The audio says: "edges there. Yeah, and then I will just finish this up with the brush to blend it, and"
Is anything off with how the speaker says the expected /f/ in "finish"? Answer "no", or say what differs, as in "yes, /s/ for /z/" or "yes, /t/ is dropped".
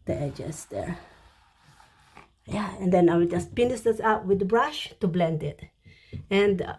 yes, /p/ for /f/